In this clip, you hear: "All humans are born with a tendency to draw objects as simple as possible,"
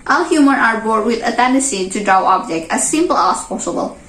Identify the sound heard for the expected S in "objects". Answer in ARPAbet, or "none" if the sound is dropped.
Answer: none